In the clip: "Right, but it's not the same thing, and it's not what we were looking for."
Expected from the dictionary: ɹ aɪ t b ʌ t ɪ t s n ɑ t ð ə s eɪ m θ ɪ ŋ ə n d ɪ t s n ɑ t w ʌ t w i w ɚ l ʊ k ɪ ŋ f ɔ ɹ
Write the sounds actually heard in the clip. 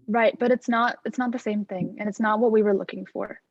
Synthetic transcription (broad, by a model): ɹ aɪ t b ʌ t ɪ t s n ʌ t ð ə s eɪ m θ ɪ ŋ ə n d ɪ t s n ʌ t w ʌ t w i w ɚ l ʊ k ɪ ŋ f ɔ ɹ